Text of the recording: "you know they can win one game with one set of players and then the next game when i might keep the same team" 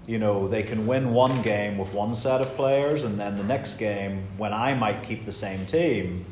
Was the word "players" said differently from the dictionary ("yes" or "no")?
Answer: no